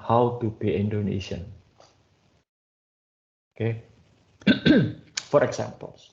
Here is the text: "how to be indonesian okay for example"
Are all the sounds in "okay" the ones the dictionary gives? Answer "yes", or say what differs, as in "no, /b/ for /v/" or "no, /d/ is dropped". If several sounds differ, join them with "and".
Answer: yes